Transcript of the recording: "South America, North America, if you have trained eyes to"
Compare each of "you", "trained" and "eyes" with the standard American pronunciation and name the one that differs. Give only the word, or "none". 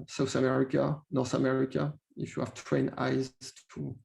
trained